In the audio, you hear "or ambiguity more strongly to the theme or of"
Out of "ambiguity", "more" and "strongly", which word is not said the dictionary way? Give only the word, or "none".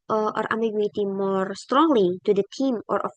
ambiguity